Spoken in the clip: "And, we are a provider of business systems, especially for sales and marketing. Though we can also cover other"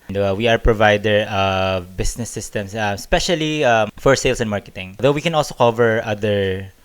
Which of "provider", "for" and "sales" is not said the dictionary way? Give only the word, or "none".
sales